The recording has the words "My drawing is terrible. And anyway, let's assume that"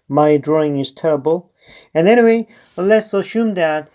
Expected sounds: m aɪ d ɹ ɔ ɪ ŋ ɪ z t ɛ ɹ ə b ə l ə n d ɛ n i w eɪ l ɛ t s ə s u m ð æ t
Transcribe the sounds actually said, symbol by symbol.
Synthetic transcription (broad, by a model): m aɪ d ɹ ɔ ɪ ŋ ɪ z t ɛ ɹ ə b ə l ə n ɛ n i w eɪ l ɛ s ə ʃ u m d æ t